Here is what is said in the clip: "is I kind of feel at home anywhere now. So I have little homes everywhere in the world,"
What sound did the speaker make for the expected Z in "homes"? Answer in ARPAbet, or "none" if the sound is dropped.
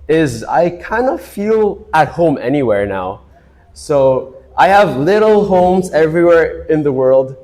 Z